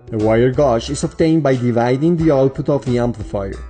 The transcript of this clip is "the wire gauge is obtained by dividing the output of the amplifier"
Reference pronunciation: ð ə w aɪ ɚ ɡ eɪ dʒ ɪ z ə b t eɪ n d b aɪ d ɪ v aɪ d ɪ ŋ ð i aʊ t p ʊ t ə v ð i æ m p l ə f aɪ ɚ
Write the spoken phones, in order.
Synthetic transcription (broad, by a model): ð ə w aɪ ɚ ɡ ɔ ʃ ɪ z ə b t eɪ n d b aɪ d ɪ v aɪ d ɪ ŋ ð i aʊ t p ʊ t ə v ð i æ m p l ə f aɪ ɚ